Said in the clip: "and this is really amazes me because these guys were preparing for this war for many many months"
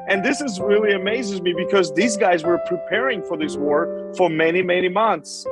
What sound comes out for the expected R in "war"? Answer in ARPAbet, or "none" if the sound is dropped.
R